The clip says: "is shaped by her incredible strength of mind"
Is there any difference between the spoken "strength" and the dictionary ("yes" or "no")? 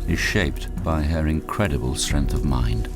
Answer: no